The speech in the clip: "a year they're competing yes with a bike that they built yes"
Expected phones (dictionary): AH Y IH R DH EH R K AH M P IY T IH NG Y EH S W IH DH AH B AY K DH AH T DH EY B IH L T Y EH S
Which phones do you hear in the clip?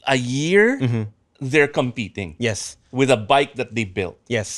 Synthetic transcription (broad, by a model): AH Y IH R DH EH R K AH M P IY T IH NG Y EH S W IH DH AH B AY K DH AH T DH EY B IH L T Y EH S